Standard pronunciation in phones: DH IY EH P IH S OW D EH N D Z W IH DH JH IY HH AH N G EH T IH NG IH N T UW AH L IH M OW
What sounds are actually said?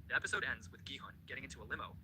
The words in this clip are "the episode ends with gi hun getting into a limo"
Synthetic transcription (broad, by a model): DH IY EH P IH S OW D EH N D Z W IH DH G IY HH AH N G EH T IH NG IH N T UW AH L IH M OW